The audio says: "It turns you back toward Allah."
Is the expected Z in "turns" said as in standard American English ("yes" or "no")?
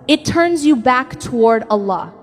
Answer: yes